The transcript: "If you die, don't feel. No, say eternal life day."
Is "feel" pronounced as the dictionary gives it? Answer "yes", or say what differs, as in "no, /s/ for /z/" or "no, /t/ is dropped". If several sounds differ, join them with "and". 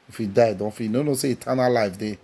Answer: no, /n/ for /l/